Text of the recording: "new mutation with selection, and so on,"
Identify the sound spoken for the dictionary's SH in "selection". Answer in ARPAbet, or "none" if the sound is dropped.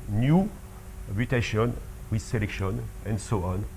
SH